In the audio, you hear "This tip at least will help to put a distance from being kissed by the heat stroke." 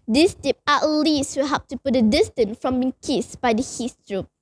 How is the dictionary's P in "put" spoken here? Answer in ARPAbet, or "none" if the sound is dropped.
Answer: P